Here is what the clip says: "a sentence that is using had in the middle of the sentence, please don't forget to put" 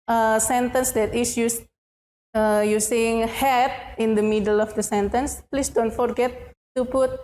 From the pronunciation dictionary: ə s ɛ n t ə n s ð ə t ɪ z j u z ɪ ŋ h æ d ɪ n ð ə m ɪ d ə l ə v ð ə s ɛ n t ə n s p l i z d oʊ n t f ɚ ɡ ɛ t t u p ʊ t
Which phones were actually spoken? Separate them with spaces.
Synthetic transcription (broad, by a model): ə s ɛ n t ə n s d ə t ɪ s j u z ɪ ŋ h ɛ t ɪ n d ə m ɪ d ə l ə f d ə s ɛ n t ə n s p l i s d oʊ n t f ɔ ɡ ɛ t t u p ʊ t